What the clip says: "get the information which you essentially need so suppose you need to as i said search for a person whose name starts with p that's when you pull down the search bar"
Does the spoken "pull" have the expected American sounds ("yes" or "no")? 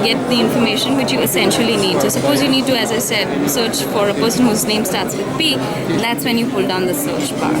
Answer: no